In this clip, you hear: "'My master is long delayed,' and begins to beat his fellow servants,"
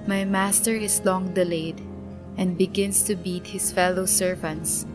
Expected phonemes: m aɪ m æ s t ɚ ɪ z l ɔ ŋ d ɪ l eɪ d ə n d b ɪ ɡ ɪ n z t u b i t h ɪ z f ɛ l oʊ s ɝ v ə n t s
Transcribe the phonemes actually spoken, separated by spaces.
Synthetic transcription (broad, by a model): m aɪ m æ s t ɚ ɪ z l ɔ ŋ d ɪ l eɪ d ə n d b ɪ ɡ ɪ n s t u b i t h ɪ s f ɛ l oʊ s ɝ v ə n t s